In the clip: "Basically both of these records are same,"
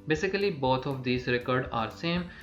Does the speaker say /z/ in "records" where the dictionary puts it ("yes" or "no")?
no